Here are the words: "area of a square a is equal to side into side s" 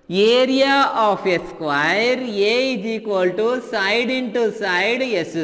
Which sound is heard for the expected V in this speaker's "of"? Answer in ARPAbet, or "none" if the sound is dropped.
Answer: P